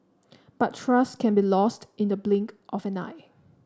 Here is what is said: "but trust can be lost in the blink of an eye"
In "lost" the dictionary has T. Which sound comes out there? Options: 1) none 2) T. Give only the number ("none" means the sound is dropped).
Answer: 2